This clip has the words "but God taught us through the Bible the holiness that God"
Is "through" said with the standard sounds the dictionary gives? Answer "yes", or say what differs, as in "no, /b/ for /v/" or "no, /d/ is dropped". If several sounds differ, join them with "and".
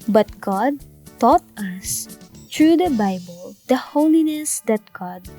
no, /t/ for /θ/